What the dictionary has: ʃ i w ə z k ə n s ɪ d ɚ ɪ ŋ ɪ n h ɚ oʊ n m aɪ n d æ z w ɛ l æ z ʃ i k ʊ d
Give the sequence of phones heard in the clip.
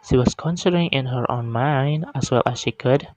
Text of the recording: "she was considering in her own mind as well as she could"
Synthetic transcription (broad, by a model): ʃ i w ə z k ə n s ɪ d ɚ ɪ ŋ ɪ n h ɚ oʊ n m aɪ n d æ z w ɛ l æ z ʃ i k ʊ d